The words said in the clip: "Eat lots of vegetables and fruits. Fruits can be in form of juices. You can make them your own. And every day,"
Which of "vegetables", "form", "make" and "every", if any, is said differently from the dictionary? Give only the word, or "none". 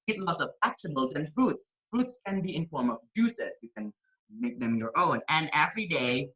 vegetables